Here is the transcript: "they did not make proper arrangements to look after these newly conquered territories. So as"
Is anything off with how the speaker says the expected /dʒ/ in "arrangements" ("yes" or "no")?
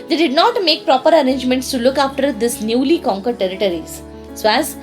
no